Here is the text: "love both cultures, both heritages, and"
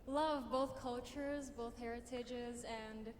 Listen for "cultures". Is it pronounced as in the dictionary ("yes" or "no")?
yes